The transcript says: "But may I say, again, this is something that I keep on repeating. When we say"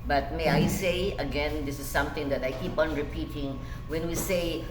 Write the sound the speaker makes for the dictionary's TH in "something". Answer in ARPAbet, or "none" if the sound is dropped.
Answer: T